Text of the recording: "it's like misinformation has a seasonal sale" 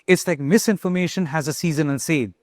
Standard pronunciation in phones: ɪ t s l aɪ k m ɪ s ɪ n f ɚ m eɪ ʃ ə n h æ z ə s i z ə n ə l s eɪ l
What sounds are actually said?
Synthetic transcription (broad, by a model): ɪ t s l aɪ k m ɪ s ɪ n f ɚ m eɪ ʃ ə n h æ z ə s i z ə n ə n s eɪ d